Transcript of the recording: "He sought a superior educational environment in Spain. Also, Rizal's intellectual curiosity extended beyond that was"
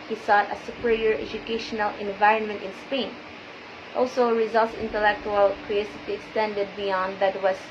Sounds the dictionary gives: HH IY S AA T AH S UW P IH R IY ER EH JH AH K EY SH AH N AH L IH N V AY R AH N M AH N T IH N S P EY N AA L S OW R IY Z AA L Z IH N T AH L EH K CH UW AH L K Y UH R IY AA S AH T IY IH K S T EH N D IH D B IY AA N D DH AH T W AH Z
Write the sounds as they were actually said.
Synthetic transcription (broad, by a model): HH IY S AA T AH S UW P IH R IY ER EH JH AH K EY SH AH N AH L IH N V AY R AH N M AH N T IH N S P EY N AA L S OW R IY Z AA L S IH N T AH L EH K CH UW AH L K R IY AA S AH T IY IH K S T EH N D IH D B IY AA N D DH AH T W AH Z